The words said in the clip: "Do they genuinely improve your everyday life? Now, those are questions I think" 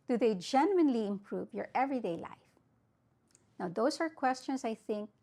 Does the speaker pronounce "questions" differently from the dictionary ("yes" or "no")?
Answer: yes